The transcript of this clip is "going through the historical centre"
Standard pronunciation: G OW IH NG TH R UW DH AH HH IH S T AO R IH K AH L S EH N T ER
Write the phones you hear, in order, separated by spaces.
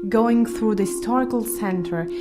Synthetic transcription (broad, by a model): G OW IH NG TH R UW DH AH HH IH S T AO R IH K AH L S EH N T ER